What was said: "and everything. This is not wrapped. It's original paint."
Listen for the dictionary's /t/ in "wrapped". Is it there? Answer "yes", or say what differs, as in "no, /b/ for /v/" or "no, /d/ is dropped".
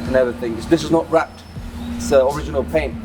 yes